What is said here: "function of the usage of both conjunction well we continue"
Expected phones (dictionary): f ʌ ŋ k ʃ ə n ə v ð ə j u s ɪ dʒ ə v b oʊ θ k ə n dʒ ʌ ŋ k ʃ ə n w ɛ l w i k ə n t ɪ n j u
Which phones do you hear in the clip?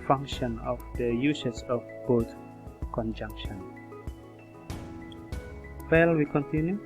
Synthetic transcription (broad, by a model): f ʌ ŋ k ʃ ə n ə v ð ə j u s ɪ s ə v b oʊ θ k ə n dʒ ʌ ŋ k ʃ ə n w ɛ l w i k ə n t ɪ n j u